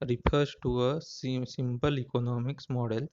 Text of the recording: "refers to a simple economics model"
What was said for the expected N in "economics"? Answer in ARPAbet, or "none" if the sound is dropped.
N